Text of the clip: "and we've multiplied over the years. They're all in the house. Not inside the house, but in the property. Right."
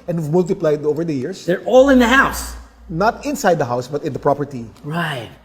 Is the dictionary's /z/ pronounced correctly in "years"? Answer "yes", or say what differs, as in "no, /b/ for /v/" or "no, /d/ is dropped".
no, /s/ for /z/